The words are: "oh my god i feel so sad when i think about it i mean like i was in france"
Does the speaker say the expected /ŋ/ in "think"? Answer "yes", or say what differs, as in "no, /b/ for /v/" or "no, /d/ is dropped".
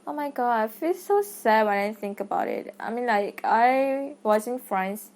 yes